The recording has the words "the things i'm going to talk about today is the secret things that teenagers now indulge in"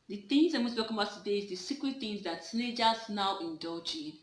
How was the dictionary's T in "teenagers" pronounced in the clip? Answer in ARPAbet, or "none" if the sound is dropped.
S